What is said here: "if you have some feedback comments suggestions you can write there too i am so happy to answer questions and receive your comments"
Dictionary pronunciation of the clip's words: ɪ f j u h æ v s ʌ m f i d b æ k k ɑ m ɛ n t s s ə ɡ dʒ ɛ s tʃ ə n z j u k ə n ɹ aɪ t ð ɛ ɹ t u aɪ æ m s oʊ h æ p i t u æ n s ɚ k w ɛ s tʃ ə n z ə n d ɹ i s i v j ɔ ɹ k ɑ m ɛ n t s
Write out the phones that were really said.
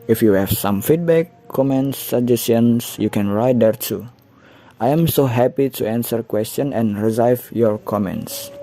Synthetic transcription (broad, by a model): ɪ f j u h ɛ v s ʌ m f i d b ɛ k k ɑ m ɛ n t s s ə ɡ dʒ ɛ s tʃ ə n s j u k ə n ɹ aɪ t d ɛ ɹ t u aɪ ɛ m s oʊ h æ p i t u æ n s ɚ k w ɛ s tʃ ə n ə n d ɹ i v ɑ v j ɔ ɹ k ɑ m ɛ n t s